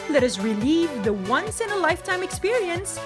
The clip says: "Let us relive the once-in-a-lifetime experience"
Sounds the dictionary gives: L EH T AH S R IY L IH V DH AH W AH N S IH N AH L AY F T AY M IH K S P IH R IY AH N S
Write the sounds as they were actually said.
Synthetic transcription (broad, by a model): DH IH T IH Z R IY L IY V DH AH W AH N S IH N AH L AY F T AY M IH K S P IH R IY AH N S